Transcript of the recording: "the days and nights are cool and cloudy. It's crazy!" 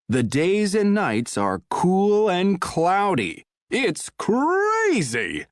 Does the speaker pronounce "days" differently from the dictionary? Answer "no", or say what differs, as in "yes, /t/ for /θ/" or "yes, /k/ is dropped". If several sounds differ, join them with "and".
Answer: no